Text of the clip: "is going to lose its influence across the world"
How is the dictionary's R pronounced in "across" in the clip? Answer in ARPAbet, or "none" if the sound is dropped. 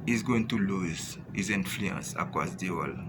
none